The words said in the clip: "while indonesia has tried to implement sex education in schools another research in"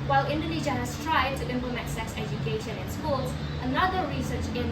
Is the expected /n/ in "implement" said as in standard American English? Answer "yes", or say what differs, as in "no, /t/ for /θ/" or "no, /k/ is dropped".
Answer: no, /n/ is dropped